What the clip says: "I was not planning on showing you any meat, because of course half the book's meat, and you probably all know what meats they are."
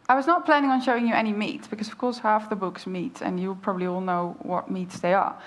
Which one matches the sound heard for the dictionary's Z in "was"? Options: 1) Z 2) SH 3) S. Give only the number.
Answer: 1